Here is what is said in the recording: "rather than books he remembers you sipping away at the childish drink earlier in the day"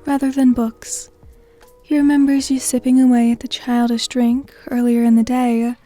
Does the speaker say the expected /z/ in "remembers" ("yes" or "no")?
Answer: yes